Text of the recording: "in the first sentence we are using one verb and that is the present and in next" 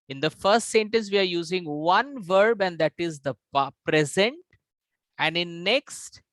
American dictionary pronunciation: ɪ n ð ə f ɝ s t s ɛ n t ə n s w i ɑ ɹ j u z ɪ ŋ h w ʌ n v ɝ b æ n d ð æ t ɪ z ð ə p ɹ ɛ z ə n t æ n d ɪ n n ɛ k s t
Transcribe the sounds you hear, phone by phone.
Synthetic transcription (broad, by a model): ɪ n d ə f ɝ s t s ɛ n t ə n s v i ɑ ɹ j u z ɪ ŋ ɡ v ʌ n v ɝ b æ n d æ t ɪ z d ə p ɹ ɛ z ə n t æ n d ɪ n n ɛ k s t